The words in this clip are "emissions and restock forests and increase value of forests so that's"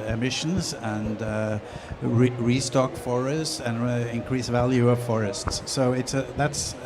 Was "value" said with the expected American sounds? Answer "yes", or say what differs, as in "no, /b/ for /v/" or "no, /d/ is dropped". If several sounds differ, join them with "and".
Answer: yes